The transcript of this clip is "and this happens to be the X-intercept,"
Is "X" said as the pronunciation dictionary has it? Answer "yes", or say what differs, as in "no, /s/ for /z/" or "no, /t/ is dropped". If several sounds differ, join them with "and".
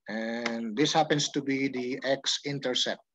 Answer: yes